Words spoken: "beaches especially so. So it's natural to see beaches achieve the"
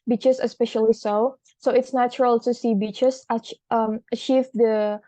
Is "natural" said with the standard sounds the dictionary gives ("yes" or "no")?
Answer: yes